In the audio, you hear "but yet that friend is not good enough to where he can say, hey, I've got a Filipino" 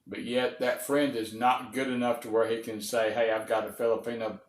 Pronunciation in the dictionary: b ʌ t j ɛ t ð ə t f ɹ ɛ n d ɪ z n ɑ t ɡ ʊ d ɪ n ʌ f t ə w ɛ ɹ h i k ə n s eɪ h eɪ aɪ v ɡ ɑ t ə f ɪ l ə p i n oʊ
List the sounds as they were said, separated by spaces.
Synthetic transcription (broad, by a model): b ʌ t j ɛ t ð ə t f ɹ ɛ n d ɪ z n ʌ t ɡ ʊ d ɪ n ʌ f t ə w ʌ ɹ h i k ə n s eɪ h eɪ aɪ v ɡ ɑ t ə f ɪ l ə p i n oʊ